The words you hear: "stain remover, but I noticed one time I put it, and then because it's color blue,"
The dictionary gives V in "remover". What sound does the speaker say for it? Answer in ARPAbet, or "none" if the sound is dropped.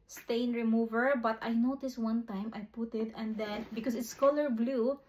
V